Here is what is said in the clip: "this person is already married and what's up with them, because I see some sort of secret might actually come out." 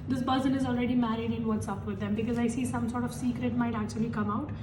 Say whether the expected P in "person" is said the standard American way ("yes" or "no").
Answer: no